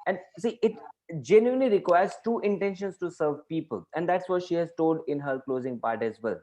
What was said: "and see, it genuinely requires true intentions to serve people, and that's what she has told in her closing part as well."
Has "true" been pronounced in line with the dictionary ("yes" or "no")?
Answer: no